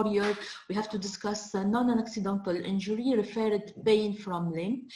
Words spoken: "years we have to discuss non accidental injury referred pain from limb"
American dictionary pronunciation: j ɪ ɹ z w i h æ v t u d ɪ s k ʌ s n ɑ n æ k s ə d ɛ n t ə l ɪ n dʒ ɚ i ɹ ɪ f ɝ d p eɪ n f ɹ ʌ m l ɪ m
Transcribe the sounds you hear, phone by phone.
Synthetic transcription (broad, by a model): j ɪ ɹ w i h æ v t u d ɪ s k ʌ s n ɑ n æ k s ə d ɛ n t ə l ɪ n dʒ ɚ i ɹ ɪ f ɝ d b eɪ n f ɹ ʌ m l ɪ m